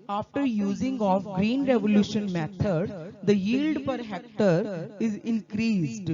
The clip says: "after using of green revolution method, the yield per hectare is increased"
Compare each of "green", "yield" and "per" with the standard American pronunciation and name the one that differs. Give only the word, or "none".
none